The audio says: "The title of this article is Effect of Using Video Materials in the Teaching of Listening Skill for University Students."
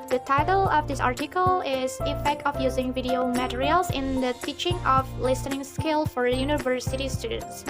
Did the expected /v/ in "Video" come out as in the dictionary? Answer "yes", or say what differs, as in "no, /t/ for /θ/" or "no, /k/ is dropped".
yes